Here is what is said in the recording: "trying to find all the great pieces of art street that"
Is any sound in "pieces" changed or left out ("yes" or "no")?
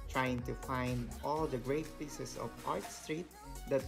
yes